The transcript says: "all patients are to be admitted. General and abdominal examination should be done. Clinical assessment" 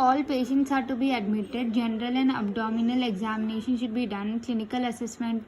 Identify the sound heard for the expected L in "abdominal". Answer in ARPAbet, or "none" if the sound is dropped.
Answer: L